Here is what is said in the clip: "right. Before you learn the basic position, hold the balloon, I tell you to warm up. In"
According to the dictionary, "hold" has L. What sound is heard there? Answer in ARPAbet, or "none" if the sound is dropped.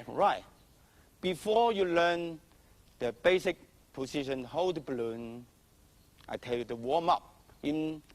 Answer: none